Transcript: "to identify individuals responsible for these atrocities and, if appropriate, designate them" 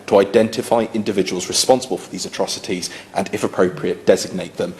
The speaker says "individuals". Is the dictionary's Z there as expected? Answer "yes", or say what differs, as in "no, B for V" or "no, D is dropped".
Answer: yes